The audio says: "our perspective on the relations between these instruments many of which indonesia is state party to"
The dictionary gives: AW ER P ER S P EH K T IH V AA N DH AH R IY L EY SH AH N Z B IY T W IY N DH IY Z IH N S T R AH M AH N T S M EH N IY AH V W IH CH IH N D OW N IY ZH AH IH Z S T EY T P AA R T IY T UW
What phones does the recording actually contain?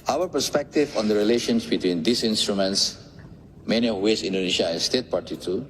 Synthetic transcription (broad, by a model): AW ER P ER S P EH K T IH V AA N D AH R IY L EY SH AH N S B IY T W IY N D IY S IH N S T R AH M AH N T S M EH N IY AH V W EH S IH N D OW N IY SH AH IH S S T EY T P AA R T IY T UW